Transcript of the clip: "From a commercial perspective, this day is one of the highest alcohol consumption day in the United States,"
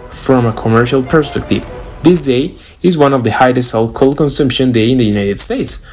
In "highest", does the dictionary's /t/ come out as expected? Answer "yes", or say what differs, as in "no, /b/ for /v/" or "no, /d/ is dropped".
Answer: no, /t/ is dropped